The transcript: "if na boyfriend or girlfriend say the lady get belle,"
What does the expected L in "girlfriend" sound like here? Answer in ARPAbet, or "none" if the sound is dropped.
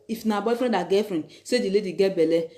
none